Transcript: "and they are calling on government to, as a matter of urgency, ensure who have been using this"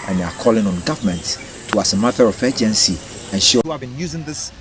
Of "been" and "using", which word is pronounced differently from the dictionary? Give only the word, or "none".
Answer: none